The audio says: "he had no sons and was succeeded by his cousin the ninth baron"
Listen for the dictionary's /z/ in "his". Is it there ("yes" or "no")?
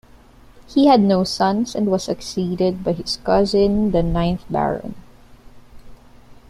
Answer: no